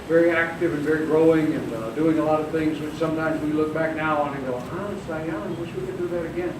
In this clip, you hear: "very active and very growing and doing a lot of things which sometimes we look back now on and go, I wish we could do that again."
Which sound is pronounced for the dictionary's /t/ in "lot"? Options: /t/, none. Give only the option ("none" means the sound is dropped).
/t/